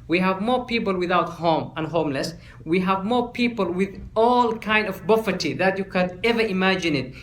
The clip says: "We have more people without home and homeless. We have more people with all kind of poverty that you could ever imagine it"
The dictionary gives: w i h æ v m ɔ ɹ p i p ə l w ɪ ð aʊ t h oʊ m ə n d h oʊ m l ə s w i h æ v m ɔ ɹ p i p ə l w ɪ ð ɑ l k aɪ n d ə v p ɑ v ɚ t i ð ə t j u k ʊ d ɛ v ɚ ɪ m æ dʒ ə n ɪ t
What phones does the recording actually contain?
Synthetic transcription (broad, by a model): w i h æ v m ɔ ɹ p i p ə l w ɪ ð aʊ t h oʊ m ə n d h oʊ m l ə s w i h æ v m ɔ ɹ p i p ə l w ɪ ð ɑ l k aɪ n d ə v b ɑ f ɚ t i ð ə t j u k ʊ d ɛ v ɚ ɪ m æ dʒ ə n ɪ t